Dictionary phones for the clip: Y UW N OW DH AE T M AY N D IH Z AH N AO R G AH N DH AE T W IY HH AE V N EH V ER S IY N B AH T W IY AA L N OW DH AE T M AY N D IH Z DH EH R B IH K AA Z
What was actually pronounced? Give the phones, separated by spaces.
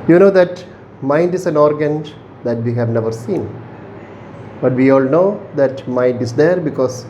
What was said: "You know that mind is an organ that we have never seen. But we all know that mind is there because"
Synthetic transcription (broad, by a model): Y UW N OW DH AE T M AY N D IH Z AH N AO R G AH N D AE T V IY HH AE V N EH V ER S IY N B AH T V IY AA L N OW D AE T M AY N D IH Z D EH R B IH K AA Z